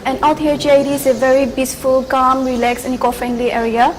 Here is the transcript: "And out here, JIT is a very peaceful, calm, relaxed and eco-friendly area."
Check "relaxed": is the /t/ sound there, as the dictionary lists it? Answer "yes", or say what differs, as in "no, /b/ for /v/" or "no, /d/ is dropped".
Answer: no, /t/ is dropped